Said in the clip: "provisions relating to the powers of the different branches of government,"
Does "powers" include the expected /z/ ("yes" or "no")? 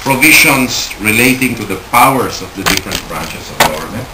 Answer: no